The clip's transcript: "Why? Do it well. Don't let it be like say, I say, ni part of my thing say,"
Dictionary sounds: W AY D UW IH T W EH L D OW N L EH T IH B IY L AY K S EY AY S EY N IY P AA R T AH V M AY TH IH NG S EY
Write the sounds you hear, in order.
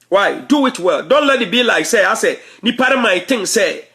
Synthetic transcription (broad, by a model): W AY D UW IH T W EH L D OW N L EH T IH B IY L AY K S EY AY S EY N IY P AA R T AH M AY T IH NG S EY